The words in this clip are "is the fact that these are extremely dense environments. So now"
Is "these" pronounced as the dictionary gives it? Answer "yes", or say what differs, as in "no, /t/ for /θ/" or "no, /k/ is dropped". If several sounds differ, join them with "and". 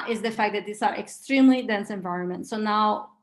no, /s/ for /z/